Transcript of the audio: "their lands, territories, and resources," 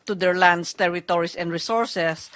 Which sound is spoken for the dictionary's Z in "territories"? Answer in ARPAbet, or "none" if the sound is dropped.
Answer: S